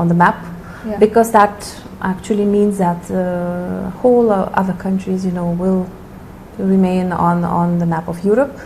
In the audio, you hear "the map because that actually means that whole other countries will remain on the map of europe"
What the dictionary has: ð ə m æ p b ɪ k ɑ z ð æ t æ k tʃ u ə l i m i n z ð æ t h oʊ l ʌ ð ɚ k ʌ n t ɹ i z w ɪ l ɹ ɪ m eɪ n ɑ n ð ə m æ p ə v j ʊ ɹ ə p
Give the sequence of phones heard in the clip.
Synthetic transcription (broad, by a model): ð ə m æ p b ɪ k ɑ z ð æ t æ k tʃ u ə l i m i n z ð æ t h oʊ l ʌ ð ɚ k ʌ n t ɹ i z w ɪ l ɹ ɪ m eɪ n ɑ n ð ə m æ p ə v j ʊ ɹ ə p